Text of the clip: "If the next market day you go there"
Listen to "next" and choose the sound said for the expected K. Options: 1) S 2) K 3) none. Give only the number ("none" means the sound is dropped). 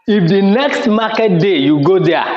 2